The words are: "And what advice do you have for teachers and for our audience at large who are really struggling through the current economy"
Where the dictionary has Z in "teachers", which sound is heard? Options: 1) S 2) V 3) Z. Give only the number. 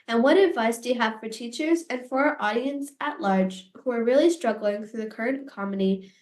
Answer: 3